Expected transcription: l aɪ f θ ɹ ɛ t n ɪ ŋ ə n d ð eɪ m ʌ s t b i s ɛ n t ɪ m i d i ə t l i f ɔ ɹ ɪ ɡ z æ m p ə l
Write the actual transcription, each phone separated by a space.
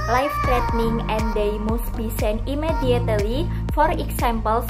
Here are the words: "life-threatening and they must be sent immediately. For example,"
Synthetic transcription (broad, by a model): l aɪ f t ɹ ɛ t n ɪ ŋ ə n d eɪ m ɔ s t b i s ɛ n ɪ m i d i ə t l i f ɔ ɹ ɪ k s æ m p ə l